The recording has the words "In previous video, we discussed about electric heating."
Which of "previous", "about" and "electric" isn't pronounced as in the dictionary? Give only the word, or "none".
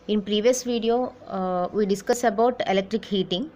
none